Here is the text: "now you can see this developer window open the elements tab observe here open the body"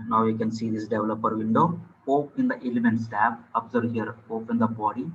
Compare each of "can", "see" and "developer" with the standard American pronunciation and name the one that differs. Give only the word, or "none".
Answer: none